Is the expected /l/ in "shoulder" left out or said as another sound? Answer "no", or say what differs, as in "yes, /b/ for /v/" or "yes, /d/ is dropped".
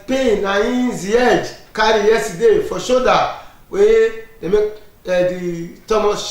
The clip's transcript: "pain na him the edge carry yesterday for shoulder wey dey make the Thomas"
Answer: yes, /l/ is dropped